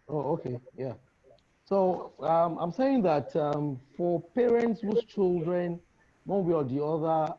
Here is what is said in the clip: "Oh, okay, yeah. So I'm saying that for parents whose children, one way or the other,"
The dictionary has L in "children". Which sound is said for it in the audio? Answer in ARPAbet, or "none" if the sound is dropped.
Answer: L